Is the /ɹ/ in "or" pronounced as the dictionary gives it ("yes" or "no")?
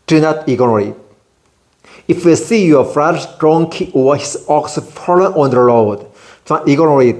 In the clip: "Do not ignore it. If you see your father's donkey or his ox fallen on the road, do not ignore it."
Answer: no